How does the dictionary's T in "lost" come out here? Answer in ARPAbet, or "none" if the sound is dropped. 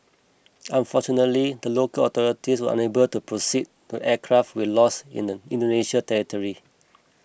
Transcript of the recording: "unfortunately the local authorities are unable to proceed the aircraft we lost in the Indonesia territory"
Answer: none